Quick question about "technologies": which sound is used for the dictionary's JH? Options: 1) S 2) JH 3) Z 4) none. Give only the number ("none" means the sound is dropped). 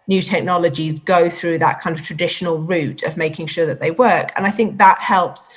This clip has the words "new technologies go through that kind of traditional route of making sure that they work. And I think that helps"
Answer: 2